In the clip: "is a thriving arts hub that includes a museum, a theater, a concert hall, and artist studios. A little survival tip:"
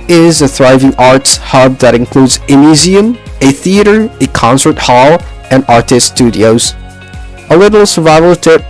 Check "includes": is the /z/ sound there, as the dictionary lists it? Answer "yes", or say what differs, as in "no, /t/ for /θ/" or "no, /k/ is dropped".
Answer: yes